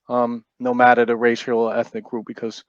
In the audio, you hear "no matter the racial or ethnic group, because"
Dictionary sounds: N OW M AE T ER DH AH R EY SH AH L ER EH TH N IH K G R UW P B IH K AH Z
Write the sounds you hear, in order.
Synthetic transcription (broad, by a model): N OW M AE T ER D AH R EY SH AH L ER EH TH N IH K G R UW P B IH K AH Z